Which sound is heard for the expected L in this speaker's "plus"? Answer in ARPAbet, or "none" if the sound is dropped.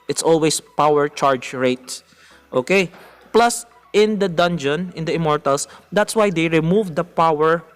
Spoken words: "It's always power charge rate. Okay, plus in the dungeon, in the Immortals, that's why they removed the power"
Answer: L